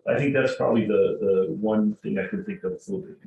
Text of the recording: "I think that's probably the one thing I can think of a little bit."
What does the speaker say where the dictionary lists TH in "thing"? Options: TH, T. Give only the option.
TH